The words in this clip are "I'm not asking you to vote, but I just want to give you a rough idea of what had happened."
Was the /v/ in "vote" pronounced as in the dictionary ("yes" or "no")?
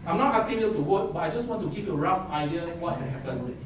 no